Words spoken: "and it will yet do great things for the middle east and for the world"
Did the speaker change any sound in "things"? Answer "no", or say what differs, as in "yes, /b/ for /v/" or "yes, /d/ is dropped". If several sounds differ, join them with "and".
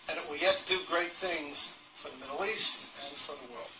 no